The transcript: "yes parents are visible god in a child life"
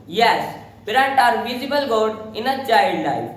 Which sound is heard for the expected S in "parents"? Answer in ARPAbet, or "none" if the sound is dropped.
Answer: none